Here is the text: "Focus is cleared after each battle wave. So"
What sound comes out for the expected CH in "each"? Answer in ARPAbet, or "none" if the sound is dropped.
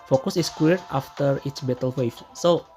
S